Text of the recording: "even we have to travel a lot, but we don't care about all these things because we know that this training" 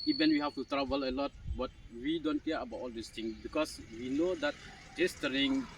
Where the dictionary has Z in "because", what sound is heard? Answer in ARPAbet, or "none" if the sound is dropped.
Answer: S